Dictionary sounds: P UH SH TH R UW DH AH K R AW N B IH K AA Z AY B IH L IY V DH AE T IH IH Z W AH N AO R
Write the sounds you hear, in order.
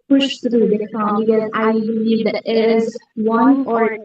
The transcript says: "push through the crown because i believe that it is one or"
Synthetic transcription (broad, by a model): P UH SH T R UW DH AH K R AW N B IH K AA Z AY B IH L IY V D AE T IH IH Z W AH N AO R